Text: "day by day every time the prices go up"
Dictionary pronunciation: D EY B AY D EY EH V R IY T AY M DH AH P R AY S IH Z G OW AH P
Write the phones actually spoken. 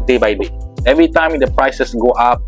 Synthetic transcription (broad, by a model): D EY B AY D EY EH V R IY T AY M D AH P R AY S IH S G OW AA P